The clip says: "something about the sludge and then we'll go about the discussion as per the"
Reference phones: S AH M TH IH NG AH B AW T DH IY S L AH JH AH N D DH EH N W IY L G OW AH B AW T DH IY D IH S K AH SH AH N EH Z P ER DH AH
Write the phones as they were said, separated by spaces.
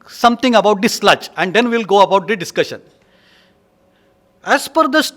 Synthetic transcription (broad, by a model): S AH M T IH NG AH B AW T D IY S L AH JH AH N D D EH N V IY L G OW AH B AW T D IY D IH S K AH SH AH N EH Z F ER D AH